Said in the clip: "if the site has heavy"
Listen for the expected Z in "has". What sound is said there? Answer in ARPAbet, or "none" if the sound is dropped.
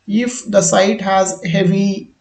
Z